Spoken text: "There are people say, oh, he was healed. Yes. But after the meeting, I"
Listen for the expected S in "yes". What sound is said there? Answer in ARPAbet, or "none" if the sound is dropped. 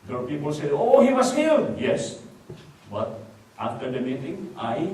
S